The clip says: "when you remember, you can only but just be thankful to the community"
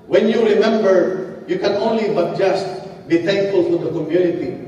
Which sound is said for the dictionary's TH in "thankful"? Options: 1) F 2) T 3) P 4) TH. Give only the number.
2